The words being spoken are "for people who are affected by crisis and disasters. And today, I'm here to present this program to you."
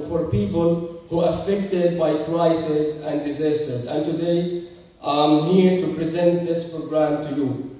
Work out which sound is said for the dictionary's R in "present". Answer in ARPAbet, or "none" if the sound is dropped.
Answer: R